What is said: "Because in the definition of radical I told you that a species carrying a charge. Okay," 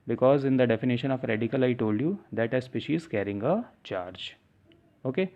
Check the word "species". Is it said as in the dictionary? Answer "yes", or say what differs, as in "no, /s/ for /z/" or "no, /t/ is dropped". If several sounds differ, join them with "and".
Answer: yes